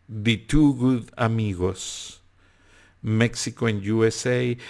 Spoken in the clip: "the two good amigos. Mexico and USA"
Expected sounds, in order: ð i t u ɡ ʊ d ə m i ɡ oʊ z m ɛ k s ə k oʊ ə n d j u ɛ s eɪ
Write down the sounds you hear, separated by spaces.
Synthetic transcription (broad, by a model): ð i t u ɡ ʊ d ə m i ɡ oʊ s m ɛ k s ə k oʊ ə n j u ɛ s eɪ